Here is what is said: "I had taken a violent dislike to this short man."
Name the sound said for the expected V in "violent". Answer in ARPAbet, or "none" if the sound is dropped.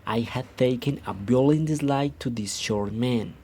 B